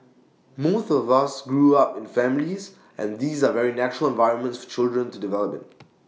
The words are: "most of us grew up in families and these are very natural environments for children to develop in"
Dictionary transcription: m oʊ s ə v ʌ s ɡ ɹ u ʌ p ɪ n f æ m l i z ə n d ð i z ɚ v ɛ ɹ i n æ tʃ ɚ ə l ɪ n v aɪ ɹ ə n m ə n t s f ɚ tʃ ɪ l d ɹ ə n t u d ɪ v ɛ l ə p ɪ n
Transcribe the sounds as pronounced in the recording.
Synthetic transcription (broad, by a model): m oʊ θ ə v ʌ s ɡ ɹ u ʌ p ɪ n f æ m l i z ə n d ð i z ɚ v ɛ ɹ i n æ tʃ ɚ ə l ɪ n v aɪ ɹ ə n m ə n t s f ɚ tʃ ɪ l d ɹ ə n t u d ɪ v ɛ l ə p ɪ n